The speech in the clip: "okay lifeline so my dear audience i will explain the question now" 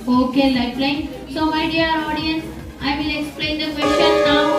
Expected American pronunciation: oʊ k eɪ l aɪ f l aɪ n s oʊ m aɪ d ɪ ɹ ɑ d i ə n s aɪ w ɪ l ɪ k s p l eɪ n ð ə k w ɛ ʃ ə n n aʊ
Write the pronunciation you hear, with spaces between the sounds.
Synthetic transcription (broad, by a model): oʊ k eɪ l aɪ p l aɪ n s oʊ m aɪ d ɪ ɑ ɑ d i ə n s aɪ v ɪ l ɪ k s p l eɪ n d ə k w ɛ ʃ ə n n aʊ